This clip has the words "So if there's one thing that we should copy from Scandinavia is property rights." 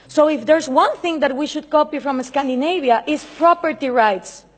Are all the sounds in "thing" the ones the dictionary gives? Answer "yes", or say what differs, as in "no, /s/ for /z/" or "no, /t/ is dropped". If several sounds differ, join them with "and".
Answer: yes